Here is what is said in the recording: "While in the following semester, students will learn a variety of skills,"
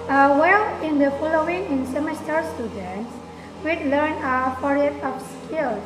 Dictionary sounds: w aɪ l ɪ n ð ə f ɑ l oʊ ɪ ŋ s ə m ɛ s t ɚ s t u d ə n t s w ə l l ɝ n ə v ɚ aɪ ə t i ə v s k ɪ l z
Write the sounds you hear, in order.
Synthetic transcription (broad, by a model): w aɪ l ɪ n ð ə f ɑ l oʊ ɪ ŋ s ə m ɛ s t ɚ s t u d ə n t s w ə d l ɝ n ə f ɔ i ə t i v s k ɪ l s